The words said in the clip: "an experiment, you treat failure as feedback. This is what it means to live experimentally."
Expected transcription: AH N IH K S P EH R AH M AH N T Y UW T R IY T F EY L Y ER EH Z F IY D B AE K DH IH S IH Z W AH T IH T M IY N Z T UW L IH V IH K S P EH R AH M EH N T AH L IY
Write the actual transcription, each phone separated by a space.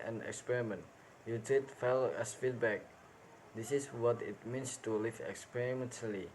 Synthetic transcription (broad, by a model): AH N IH K S P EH R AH M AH N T Y UW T IY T F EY L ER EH S F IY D B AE K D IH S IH S W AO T IH T M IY N S T UW L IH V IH K S P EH R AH M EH N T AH L IY